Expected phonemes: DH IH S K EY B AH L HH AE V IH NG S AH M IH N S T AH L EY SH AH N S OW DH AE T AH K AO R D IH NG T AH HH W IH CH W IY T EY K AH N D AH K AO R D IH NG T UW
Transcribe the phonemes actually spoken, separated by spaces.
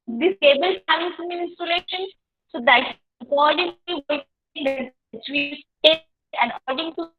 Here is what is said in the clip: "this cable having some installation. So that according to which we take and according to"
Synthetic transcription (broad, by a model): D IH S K EY B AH L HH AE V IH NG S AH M IH N S T AH L EY SH AH N S OW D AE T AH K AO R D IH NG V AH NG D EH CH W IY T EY AH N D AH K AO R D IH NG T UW